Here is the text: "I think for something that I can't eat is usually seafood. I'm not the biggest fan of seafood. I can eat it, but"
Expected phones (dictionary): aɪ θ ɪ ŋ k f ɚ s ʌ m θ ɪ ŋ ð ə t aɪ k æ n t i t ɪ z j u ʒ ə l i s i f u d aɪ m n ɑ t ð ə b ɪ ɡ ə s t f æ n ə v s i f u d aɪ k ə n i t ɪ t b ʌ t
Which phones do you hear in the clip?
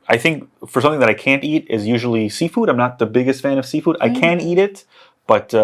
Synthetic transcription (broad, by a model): aɪ θ ɪ ŋ k f ɚ s ʌ m θ ɪ ŋ ð ə t aɪ k æ n t i t ɪ z j u ʒ l i s i f u d aɪ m n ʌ t ð ə b ɪ ɡ ə s t f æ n ə v s i f u d aɪ k ə n i t ɪ t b ʌ t